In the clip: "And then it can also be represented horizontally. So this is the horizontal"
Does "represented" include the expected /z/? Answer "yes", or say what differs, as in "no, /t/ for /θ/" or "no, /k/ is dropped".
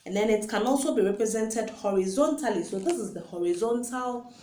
yes